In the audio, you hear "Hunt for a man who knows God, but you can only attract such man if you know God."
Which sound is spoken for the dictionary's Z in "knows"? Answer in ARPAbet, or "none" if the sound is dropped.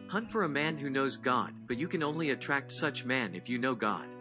Z